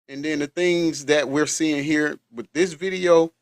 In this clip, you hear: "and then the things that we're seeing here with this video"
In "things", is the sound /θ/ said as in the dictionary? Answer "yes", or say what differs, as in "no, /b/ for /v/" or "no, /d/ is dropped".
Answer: yes